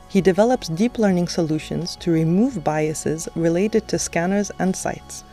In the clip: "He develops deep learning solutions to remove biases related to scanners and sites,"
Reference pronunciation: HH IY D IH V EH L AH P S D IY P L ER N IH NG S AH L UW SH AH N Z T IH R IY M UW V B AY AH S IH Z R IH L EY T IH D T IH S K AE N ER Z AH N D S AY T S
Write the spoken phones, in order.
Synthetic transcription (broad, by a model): HH IY D IH V EH L AH P S D IY P L ER N IH NG S AH L UW SH AH N Z T IH R IY M UW V B AY AH S IH Z R IH L EY T IH D T IH S K AE N ER Z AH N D S AY T S